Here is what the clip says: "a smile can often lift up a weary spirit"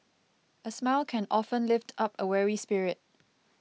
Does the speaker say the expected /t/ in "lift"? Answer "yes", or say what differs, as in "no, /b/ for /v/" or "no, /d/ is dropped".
yes